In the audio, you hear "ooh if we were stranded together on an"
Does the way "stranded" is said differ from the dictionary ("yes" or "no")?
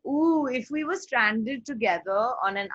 no